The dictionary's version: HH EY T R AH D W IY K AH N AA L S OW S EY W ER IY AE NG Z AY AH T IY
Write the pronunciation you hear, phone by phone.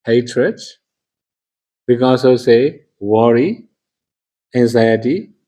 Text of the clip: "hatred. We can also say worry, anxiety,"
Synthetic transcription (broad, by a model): HH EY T R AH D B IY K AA S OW S EY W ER IY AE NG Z AY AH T IY